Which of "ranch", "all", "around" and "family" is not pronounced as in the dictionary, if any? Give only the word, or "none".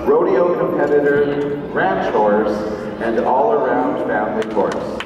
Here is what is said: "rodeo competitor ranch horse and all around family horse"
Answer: family